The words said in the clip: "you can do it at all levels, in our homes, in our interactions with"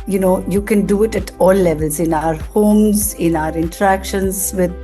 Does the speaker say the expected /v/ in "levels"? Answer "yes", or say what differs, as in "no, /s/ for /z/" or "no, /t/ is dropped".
yes